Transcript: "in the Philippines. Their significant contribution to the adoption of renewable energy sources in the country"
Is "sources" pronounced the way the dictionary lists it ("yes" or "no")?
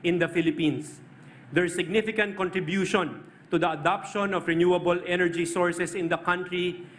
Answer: no